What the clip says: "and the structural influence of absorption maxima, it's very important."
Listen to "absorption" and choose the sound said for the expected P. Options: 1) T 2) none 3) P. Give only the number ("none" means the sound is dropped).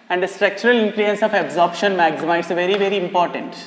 3